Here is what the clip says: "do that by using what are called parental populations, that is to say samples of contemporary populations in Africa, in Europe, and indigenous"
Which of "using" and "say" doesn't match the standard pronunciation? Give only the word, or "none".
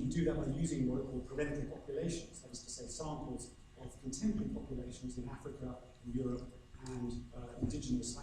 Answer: none